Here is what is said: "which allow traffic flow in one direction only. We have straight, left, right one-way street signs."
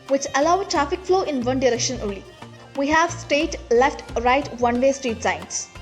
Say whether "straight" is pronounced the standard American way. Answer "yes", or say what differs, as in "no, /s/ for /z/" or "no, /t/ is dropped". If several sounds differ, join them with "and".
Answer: no, /ɹ/ is dropped